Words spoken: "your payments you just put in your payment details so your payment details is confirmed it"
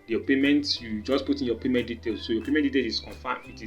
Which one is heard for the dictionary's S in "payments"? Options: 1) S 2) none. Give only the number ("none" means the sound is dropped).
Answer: 2